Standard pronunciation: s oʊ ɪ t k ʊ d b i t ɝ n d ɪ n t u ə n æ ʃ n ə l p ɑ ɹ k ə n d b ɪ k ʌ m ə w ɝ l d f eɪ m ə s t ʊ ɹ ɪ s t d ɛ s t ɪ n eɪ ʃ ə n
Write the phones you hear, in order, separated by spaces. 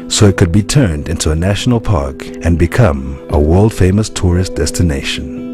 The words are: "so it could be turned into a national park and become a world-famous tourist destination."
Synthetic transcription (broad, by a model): s oʊ ɪ t k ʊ d b i t ɝ n d ɪ n t u ə n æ ʃ n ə l p ɑ ɹ k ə n b ɪ k ʌ m ə w ɝ l d f eɪ m ə s t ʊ ɹ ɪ s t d ɛ s t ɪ n eɪ ʃ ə n